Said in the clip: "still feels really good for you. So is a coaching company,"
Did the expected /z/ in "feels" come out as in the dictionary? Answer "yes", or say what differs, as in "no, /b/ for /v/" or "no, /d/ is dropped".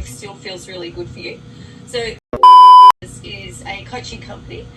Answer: yes